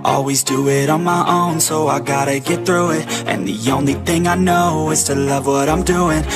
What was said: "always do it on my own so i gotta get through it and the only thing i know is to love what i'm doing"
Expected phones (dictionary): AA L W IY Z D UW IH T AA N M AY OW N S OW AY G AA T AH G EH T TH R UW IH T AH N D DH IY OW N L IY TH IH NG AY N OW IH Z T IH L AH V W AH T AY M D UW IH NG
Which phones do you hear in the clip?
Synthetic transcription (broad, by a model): AA L W IY Z D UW IH T N M AY OW N S OW AY G AA T AH G EH T TH R UW IH T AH N DH IY OW N L IY TH IH NG AY N OW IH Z T IH L AH V W AH T AY M D UW IH NG